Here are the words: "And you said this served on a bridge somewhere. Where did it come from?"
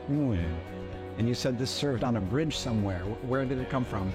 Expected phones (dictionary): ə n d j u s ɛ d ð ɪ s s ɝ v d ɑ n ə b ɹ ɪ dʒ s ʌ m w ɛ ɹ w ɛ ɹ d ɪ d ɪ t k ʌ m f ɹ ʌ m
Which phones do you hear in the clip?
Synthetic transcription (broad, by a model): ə n j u s ɛ d ð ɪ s s ɝ v d n ə b ɹ ɪ dʒ s ʌ m w ɛ ɹ w ɛ ɹ d ɪ d ɪ t k ʌ m f ɹ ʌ m